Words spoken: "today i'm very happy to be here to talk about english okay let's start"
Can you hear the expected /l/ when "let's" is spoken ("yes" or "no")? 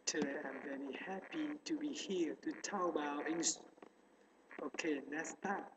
no